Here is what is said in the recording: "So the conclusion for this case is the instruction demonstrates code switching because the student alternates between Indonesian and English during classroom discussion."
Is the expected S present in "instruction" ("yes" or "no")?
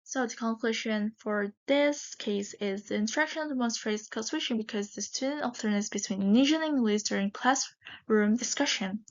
no